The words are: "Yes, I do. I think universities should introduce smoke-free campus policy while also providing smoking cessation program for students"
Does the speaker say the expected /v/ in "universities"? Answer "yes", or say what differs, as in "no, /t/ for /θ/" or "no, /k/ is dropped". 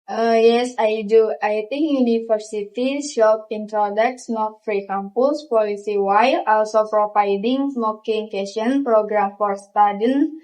no, /f/ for /v/